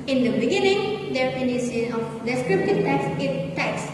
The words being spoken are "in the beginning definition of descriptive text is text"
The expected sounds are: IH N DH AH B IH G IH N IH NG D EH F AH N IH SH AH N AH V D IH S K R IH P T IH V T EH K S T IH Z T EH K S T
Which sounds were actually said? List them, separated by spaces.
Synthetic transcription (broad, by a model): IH N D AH B IH G IH N IH NG D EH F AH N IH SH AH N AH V D IH S K R IH P T IH V T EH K S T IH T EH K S